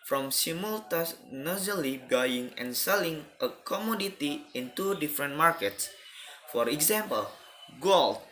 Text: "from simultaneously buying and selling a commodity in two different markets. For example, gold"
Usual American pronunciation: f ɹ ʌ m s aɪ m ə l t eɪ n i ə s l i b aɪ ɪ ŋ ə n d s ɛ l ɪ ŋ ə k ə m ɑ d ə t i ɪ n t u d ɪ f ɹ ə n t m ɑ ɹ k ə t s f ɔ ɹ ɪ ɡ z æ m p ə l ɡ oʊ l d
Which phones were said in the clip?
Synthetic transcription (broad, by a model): f ɹ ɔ m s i m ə l t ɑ n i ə l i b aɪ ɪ ŋ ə n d s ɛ l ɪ ŋ ə k ə m ɑ d ə t i ɪ n t u d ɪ f ɹ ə n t m ɑ ɹ k ə t s f ɔ ɹ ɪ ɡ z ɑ m p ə l ɡ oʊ l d